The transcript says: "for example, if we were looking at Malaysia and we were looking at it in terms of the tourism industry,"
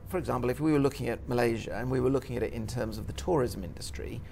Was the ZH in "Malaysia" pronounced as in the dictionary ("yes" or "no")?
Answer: yes